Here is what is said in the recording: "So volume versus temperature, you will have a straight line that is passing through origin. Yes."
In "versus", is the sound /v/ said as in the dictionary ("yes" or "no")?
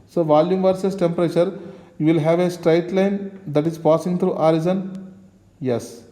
yes